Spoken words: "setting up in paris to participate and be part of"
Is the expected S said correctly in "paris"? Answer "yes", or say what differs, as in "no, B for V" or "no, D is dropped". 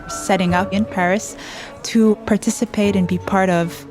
yes